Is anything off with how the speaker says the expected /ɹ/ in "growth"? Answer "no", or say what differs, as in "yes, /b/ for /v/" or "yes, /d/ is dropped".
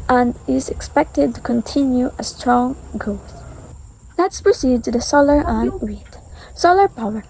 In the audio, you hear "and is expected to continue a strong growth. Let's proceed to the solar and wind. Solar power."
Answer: yes, /ɹ/ is dropped